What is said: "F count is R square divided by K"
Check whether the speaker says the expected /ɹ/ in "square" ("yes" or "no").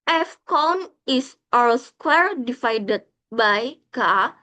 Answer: yes